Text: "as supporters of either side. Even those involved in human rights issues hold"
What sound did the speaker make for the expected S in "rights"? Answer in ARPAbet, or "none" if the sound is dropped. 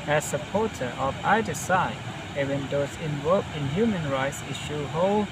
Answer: S